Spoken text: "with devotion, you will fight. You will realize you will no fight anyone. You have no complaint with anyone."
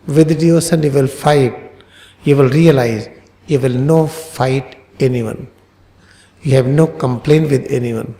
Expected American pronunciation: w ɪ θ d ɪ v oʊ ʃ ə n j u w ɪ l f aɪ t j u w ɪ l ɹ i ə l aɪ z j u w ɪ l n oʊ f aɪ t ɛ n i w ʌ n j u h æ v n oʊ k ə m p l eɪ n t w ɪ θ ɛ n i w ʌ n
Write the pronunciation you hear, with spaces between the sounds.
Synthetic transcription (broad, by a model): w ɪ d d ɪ oʊ s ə n j u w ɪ l f aɪ t j u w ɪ l ɹ i ə l aɪ z j u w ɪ l n oʊ f aɪ t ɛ n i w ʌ n j u h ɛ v n oʊ k ə m p l eɪ n t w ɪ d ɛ n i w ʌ n